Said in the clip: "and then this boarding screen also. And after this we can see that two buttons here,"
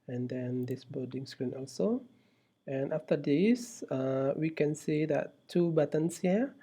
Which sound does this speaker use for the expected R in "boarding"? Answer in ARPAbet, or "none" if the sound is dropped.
L